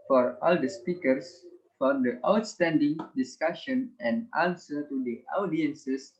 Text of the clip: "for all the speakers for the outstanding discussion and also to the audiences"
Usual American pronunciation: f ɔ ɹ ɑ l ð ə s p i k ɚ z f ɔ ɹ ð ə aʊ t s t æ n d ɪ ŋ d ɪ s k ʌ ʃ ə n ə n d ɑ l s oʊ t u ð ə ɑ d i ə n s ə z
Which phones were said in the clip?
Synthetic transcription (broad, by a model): f ɔ ɹ ɑ l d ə s p i k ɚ s f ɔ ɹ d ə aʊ t s t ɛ n d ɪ ŋ d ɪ s k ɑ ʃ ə n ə n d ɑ n s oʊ t u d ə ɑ d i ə n s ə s